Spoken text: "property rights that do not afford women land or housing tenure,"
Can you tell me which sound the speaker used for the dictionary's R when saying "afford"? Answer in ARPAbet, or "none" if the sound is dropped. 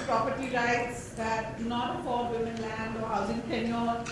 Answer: L